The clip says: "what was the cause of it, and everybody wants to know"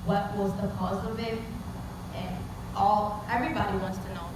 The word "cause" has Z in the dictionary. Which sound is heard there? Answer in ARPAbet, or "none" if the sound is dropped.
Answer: Z